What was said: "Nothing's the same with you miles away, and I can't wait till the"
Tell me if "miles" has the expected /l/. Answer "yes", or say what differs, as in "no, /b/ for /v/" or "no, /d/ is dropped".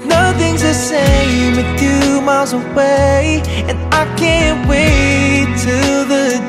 yes